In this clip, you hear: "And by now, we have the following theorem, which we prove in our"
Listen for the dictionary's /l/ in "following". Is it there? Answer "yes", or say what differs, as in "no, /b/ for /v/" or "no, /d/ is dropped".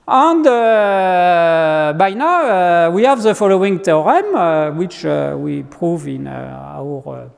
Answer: yes